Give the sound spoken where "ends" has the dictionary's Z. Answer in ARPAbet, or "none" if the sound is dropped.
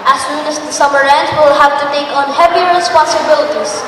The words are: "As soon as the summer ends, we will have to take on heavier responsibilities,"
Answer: none